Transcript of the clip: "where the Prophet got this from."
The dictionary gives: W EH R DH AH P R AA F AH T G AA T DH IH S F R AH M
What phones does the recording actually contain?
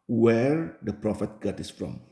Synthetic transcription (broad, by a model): W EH R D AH P R AA F AH T G AA T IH S F R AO M